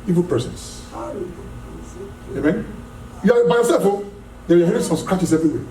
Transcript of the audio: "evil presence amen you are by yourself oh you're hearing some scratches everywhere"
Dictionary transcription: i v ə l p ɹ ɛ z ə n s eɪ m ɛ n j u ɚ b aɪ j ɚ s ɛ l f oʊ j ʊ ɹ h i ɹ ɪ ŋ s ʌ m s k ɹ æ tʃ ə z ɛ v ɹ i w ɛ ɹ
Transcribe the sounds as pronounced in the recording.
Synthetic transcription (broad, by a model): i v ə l p ɛ s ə n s eɪ m ɛ n j u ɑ b aɪ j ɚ s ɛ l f oʊ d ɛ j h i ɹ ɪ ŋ s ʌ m s k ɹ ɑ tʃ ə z ɛ v ɹ i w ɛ